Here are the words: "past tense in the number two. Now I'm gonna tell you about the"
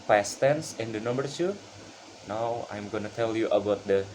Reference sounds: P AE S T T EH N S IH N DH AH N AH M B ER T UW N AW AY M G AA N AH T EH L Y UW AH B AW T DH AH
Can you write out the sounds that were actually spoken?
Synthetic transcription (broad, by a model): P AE S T T EH N S IH N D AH N AH M B ER S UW N AW AY M G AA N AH T EH L Y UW AH B AW T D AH